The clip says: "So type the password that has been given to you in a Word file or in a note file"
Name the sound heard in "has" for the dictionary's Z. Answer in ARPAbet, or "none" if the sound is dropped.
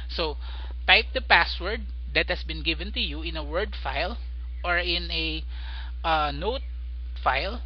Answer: S